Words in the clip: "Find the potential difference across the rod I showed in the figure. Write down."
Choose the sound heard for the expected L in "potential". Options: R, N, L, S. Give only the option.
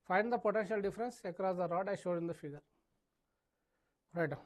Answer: L